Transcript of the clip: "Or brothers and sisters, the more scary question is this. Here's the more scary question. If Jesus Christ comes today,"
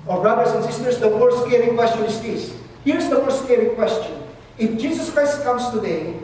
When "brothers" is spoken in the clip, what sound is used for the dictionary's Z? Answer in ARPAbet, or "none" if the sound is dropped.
S